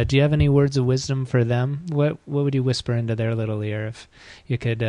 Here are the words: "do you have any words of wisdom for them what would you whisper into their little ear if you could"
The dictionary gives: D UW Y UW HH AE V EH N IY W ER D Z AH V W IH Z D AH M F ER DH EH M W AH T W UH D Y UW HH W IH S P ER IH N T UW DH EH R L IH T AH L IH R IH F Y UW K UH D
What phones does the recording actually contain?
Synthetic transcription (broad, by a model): D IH Y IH V EH N IY W ER D Z AH V W IH Z D AH M F ER DH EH M W AH T W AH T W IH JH W IH S P ER IH N T UW DH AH R L IH T L IH R IH F Y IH K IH D